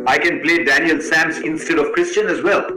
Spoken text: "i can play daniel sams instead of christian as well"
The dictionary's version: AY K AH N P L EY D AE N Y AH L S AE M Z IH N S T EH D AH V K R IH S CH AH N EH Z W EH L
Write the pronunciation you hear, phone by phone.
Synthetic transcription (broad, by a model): AY K AH N P L EY D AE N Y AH L S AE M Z IH N S T EH D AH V K R IH S CH AH N EH Z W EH L